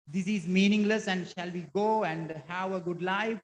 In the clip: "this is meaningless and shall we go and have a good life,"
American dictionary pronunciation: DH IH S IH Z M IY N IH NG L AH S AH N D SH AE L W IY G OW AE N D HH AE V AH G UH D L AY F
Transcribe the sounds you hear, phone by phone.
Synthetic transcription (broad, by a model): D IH S IH Z M IY N IH NG L AH S AH N D SH AE L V IY G OW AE N D HH AE V AH G UH D L AY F